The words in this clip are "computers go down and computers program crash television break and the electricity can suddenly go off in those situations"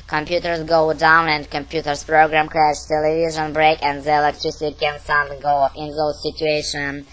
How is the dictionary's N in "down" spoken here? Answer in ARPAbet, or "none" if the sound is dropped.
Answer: N